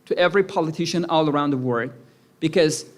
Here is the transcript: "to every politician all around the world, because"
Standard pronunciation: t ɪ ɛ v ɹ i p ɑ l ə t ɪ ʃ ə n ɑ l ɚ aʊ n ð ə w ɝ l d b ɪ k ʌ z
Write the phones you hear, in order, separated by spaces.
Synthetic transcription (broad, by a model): t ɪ ɛ v ɹ i p ɑ l ə t ɪ ʃ ə n ɑ l ɚ aʊ n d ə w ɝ d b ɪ k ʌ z